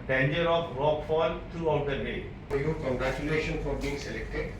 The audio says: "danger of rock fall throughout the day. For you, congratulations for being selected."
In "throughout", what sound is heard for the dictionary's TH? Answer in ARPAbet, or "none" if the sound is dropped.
T